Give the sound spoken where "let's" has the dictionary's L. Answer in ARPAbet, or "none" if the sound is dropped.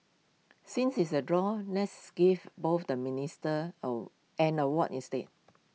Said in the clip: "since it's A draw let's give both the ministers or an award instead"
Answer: N